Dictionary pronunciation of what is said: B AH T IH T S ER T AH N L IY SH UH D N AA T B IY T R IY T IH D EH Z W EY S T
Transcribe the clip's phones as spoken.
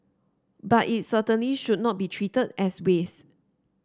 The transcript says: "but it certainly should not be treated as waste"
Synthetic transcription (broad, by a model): B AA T IH T S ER T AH N L IY SH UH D N AA T B IY T R IY T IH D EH S W EY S